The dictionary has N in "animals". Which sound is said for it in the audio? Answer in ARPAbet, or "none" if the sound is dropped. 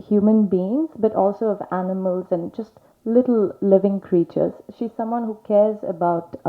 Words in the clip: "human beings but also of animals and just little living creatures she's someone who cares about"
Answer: N